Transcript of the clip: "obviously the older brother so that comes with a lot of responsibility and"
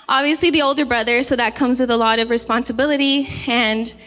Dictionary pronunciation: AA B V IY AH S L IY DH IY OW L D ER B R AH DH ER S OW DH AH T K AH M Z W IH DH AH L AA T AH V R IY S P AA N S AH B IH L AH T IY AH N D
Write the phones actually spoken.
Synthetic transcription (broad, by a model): AA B V IY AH S L IY DH IY OW L D ER B R AH DH ER S OW DH AH T K AH M Z W IH DH AH L AA T AH V R IY S P AA N S AH B IH L AH T IY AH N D